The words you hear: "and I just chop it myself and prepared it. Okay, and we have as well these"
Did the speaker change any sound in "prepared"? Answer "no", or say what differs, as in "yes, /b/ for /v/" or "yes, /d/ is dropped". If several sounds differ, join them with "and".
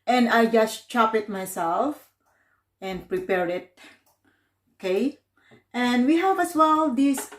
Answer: yes, /d/ is dropped